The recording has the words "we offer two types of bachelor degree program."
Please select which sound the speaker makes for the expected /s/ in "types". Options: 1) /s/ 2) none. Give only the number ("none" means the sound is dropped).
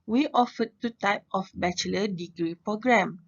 2